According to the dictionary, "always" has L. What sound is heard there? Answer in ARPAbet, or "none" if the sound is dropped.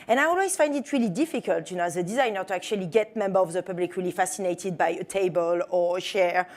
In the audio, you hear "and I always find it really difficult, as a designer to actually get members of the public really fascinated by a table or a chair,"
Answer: L